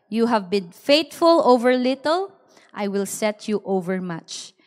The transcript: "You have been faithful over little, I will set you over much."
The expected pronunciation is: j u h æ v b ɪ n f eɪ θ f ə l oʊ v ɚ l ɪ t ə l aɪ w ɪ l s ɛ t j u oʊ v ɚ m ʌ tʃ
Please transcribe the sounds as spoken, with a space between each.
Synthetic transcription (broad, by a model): j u h æ v b ɪ n f eɪ t f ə l oʊ v ɚ l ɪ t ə l aɪ w ɪ l s ɛ t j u oʊ v ɚ m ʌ tʃ